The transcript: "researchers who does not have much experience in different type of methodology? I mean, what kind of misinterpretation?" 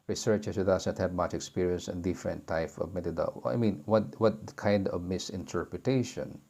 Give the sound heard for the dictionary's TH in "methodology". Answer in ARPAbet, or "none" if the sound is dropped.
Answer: T